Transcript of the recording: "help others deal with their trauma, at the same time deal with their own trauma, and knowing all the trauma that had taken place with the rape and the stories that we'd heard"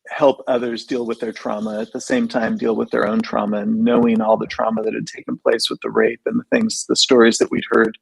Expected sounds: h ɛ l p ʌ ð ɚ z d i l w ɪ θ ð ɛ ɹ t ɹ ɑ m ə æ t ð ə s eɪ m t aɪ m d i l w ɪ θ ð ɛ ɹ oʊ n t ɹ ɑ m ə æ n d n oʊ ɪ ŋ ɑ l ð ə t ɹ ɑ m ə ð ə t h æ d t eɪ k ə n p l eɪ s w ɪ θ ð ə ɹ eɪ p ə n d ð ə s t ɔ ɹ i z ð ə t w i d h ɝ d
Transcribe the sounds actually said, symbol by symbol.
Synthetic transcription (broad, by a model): h ɛ l p ʌ ð ɚ z d i l w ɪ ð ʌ ɹ t ɹ ɑ m ə t ð ə s eɪ m t aɪ m d i l w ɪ ð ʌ ɹ oʊ n t ɹ ɑ m ə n n oʊ ɪ ŋ ɑ l ð ə t ɹ ɑ m ə ð ə t h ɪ d t eɪ k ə n p l eɪ s w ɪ ð ə ɹ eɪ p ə n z ð ə s t ɔ ɹ i z ð ə t w i d h ɝ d